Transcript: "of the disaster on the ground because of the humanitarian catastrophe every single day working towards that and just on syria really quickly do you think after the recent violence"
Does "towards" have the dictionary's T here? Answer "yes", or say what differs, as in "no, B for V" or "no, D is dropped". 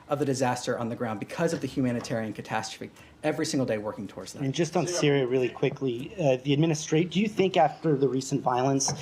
yes